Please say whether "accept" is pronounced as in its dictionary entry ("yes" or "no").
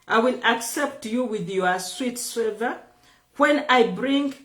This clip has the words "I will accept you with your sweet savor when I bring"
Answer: yes